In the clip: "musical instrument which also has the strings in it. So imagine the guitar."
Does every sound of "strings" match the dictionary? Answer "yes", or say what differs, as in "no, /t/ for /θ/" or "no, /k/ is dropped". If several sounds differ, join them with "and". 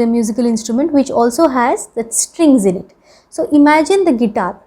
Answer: yes